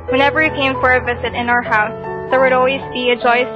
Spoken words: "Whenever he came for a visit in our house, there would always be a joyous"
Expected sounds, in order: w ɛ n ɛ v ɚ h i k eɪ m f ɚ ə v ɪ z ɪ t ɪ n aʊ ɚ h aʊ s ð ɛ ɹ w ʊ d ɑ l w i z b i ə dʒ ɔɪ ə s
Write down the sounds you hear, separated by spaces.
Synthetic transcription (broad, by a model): w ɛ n ɛ v ɚ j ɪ k eɪ m f ɚ ə v ɪ z ɪ t ɪ n aʊ ɚ h aʊ s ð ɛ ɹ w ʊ d ɑ l w i z b i ə dʒ ɔɪ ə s